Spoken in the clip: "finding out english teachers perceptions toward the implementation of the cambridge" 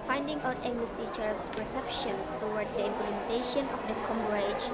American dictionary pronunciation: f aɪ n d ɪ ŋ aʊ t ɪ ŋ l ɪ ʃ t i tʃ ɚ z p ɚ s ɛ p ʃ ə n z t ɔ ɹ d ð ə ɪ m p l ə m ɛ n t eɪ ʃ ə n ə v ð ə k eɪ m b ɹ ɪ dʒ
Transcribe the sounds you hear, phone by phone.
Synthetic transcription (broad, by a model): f aɪ n d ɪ ŋ aʊ t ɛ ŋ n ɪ s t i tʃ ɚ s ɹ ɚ s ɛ p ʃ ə n s t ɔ w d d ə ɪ m p l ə m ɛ n t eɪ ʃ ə n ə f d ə k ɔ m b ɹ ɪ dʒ